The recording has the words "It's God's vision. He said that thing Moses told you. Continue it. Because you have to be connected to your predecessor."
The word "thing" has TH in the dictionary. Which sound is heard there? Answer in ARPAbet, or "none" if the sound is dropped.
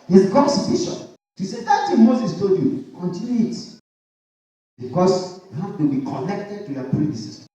T